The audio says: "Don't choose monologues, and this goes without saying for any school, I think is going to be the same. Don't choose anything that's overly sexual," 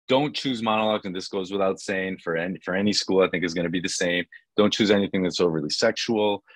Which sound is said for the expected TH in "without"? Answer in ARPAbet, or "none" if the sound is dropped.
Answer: TH